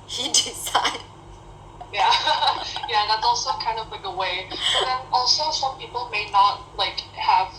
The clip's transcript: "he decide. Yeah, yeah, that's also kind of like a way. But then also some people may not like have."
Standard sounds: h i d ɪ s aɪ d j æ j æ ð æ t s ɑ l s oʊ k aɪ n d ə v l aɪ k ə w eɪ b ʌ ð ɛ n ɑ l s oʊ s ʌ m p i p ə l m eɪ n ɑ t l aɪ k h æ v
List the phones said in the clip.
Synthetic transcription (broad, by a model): h i d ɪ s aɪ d j æ j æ ð æ t s ɑ l s oʊ k aɪ n d ə v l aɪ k ə w eɪ b ʌ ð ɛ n ɑ l s oʊ s ʌ m p i p ə l m eɪ n ɑ t l aɪ k h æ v